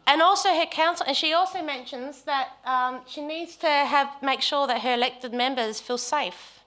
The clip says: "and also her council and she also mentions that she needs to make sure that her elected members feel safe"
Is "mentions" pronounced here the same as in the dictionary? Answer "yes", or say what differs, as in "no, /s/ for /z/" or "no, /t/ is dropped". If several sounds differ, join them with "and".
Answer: yes